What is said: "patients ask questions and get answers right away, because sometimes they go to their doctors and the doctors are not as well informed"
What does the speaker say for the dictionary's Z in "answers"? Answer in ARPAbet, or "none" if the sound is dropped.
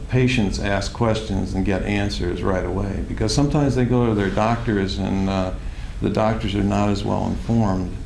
Z